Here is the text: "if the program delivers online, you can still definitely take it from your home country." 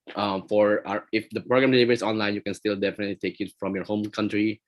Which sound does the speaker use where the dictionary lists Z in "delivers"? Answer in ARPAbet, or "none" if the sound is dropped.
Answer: S